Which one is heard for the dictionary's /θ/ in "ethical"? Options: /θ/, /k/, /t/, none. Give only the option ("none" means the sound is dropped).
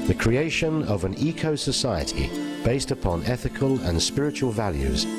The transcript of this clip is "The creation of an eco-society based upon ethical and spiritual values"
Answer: /θ/